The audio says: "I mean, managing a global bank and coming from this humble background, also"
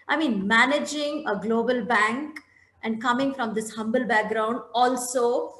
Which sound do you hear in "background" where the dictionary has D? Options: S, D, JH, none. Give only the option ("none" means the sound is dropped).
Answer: D